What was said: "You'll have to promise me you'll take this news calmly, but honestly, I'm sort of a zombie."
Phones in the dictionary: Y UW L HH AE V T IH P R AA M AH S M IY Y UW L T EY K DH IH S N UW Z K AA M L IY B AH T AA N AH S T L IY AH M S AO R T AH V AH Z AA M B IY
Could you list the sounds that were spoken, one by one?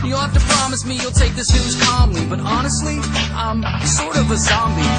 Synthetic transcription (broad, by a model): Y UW L HH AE F T IH P R AA M AH S M IY Y UW L T EY K DH IH S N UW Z K AA M L IY B AH T AA N AH S T L IY AH M S AO R T AH V AH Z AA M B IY